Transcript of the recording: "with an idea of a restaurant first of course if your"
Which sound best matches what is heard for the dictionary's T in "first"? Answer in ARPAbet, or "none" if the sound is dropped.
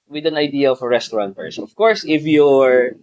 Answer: none